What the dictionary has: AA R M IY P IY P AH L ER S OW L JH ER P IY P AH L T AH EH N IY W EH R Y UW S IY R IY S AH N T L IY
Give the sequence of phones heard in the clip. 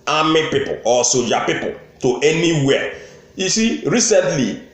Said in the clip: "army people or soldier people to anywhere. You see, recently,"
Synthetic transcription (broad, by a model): AA M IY P IY P AH L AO S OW JH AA P IY P AH L T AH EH N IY W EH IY S IY R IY S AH N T L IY